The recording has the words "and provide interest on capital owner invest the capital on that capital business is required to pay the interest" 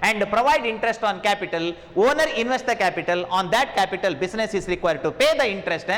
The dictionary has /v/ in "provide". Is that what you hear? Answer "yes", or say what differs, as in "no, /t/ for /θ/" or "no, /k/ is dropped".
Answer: yes